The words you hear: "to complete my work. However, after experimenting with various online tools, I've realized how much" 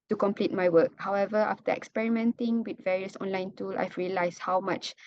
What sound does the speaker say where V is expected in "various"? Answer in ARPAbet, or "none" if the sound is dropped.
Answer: V